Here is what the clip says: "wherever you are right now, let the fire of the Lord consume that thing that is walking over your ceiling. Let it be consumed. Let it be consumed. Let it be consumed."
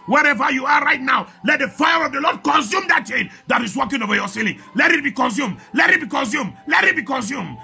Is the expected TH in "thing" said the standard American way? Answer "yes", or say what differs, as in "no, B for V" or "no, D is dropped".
no, T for TH